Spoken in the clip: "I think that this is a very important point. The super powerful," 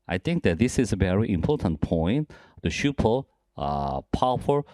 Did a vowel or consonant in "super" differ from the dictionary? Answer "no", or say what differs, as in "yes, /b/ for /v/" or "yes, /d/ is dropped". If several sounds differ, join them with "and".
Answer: yes, /ʃ/ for /s/